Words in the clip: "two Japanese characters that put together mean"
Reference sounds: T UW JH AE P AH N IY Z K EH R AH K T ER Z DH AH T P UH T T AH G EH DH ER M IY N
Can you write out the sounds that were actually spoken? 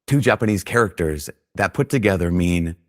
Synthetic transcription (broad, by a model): T UW JH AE P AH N IY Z K EH R AH K T ER Z DH AH T P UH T T AH G EH DH ER M IY N